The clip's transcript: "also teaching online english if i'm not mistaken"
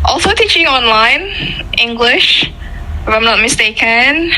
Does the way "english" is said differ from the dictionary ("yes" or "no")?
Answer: no